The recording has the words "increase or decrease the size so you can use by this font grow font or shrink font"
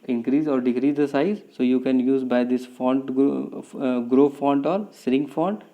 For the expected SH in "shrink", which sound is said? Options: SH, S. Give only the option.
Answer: S